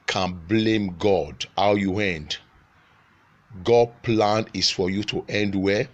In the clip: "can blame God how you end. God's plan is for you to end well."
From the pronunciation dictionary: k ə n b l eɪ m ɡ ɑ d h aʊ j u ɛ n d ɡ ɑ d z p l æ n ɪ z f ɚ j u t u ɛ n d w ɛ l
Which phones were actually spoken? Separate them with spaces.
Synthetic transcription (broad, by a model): k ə n b l eɪ m ɡ ɑ d h aʊ j u ɛ n d ɡ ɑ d p l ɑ n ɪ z f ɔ j u t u ɛ n d w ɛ